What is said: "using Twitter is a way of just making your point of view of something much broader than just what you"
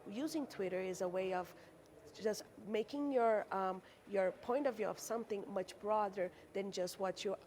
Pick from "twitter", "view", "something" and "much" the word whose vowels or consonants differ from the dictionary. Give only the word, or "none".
none